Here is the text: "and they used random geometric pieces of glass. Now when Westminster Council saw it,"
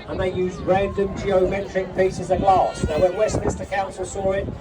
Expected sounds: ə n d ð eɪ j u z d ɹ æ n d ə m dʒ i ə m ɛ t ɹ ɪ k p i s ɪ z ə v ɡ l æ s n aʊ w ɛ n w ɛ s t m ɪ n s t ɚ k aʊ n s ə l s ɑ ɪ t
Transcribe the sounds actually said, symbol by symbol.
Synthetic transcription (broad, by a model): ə n ð eɪ j u z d ɹ æ n d ə m dʒ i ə m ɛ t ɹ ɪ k p i s ɪ z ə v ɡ l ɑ s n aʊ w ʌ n w ɛ s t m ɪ s t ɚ k aʊ n s ə l s ɑ ɪ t